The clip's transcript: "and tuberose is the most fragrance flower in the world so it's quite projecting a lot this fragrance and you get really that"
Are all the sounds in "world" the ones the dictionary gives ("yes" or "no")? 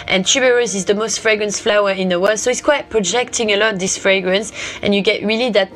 yes